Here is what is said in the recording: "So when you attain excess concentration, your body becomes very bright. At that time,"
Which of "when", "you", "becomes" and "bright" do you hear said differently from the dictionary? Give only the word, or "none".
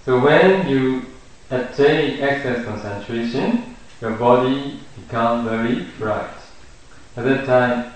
becomes